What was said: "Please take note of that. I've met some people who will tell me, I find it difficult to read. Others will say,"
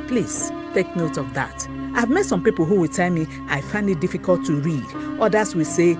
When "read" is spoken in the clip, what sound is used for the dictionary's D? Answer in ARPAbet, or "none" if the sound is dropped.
D